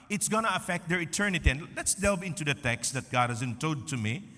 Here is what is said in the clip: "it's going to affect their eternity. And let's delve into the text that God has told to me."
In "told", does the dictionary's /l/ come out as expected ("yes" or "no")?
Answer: no